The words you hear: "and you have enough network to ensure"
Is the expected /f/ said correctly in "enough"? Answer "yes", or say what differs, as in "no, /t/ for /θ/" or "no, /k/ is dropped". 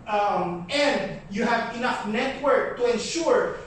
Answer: yes